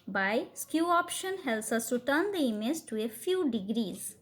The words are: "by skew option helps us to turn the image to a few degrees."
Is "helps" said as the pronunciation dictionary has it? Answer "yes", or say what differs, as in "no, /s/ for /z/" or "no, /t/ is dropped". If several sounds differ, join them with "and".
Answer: no, /p/ is dropped